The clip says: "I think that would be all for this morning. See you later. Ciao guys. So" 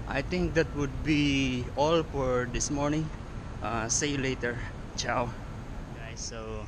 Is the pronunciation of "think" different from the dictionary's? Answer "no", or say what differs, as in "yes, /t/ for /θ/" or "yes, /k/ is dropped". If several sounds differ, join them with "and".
yes, /t/ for /θ/